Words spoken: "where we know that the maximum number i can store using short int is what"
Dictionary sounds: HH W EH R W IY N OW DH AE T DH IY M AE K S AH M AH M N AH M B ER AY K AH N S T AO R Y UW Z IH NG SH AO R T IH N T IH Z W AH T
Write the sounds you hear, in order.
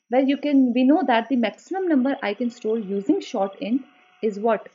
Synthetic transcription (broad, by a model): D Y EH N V IY N OW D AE T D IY M AE K S AH M AH M N AH M B ER AY K AH N S T AO R Y UW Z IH NG SH AO R T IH N IH Z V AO T